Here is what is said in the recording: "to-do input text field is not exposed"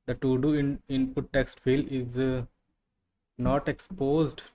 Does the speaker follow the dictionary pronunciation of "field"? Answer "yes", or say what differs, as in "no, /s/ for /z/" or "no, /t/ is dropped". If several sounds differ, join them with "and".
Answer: no, /d/ is dropped